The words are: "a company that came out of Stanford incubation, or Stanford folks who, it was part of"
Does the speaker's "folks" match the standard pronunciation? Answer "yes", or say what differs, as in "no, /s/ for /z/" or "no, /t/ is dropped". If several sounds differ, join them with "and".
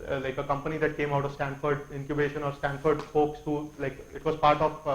no, /p/ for /f/